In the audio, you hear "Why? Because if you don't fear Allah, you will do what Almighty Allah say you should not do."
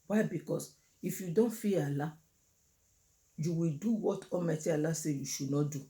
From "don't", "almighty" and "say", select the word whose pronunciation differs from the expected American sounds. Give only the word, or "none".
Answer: almighty